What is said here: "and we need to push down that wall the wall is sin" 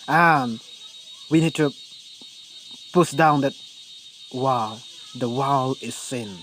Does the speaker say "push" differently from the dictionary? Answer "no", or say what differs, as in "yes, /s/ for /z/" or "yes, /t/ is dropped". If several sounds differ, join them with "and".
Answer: yes, /s/ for /ʃ/